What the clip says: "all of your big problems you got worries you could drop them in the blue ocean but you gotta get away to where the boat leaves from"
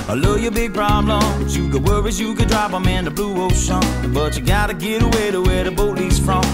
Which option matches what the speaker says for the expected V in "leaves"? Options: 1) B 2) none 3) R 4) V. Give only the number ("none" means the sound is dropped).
2